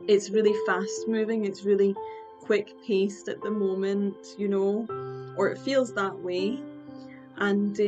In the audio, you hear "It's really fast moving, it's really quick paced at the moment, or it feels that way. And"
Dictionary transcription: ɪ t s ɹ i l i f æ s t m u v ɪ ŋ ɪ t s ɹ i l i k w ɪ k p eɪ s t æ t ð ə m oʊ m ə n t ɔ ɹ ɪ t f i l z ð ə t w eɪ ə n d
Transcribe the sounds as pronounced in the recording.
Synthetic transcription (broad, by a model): ɪ t s ɹ i l i f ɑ s t m u v ɪ ŋ ɪ t s ɹ i l i k w ɪ k p eɪ s t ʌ t ð ə m oʊ m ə n t ɔ ɹ ɪ t f i l z ð ə t w eɪ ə n